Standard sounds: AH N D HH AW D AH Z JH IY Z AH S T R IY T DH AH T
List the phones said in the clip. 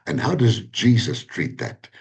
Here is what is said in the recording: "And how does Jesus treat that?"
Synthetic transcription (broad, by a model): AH N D HH AW D AH Z JH IY Z AH S T R IY T DH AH T